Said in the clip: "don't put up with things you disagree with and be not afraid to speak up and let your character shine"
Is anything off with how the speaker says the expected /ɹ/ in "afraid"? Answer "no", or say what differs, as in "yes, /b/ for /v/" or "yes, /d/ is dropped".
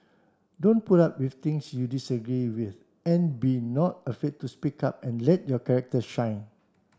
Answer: yes, /ɹ/ is dropped